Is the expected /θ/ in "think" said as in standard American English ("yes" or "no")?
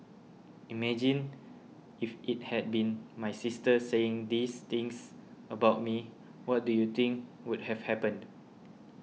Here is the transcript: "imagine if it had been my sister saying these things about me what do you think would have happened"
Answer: no